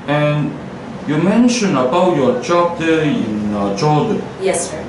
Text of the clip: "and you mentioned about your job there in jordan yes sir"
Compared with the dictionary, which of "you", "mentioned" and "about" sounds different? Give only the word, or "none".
mentioned